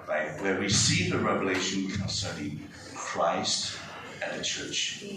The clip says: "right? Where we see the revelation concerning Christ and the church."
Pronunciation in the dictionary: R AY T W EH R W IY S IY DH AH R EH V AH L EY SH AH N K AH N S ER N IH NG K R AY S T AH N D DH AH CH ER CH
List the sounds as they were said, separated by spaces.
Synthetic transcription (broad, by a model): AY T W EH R W IY S IY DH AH R EH V AH L EY SH AH N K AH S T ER IH K R AY S T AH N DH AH CH ER CH